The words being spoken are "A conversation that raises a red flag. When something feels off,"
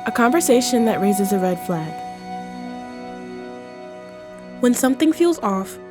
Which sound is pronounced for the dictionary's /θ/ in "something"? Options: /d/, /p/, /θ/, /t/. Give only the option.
/θ/